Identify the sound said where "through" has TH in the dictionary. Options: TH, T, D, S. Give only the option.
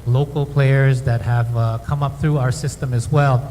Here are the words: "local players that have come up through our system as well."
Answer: TH